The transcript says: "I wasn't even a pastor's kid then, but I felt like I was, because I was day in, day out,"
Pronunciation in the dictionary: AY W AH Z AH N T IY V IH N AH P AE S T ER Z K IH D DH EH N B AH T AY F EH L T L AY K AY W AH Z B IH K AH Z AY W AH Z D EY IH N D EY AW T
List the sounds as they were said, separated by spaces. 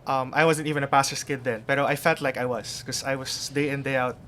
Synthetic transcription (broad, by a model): AY W AH Z AH N T IY V IH N AH P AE S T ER S K IH D DH EH N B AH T AY F EH L T L AY K AY W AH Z K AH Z AY W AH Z D EY IH N D EY AW T